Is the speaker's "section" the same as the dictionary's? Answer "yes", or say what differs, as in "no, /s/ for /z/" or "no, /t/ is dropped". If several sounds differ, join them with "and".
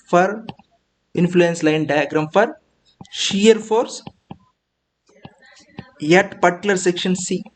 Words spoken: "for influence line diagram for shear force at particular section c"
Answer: yes